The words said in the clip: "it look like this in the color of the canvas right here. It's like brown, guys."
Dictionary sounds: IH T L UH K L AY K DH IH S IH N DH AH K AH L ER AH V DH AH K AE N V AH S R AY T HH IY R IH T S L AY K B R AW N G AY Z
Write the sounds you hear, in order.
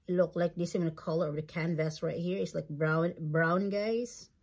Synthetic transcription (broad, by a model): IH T L UH K L AY K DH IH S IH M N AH K AH L ER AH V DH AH K AE N V AH S R AY T HH IY R IH T S L AY K B R AW N G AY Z